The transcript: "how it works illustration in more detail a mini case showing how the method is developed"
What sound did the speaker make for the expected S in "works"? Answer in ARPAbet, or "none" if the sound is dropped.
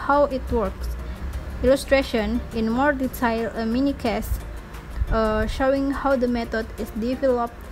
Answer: S